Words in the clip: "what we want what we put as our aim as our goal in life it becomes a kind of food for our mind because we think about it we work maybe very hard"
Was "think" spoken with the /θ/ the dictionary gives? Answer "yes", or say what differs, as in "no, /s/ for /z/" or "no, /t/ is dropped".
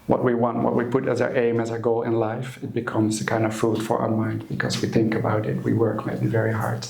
yes